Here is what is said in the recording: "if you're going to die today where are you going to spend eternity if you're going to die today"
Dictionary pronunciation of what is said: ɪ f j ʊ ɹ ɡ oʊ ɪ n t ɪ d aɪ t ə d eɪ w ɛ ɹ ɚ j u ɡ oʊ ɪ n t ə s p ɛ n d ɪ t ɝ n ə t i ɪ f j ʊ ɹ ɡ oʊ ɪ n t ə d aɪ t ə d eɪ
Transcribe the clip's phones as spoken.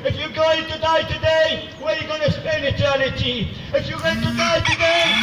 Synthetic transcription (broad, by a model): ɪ f j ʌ ɡ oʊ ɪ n t ɪ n aɪ t ə d eɪ w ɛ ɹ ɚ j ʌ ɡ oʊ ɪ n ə s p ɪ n ɪ t ɝ n ə t i ɪ f j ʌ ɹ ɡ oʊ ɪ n t ə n aɪ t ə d eɪ